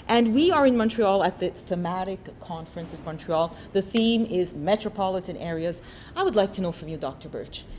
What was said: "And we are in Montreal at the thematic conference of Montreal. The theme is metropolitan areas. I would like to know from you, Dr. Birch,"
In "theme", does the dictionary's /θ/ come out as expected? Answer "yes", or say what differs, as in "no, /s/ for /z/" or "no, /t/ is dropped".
yes